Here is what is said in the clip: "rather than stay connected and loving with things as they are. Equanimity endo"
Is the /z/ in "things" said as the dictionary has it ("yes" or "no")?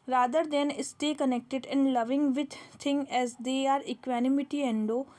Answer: no